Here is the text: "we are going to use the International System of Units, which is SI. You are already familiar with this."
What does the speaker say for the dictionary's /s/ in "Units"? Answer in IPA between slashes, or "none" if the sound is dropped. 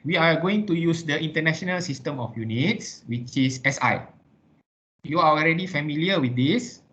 /s/